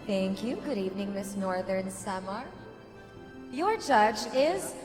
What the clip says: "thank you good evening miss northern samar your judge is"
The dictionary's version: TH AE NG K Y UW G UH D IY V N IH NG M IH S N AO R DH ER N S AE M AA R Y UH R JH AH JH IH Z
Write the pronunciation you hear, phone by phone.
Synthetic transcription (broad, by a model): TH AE NG K Y UW G UH D IY V N IH NG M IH S N AO R DH ER N S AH M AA R Y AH R JH AH JH IH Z